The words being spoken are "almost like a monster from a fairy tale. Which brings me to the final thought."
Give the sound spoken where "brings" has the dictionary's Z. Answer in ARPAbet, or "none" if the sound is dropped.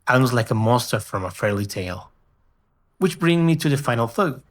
none